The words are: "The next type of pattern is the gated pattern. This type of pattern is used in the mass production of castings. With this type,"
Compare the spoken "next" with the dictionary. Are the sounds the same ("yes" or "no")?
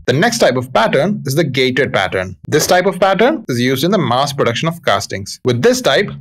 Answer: yes